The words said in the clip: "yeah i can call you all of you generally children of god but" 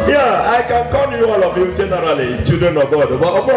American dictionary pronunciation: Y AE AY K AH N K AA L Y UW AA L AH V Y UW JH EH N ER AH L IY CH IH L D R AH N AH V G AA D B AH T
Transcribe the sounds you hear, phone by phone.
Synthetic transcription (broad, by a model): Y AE AY K AH N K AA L Y UW AA L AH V Y UW JH EH N ER AH L IY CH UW D AH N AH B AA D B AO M